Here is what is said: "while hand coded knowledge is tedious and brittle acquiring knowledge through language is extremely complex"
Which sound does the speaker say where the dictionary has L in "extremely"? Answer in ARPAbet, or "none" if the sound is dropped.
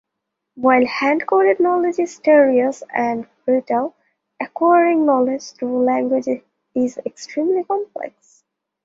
L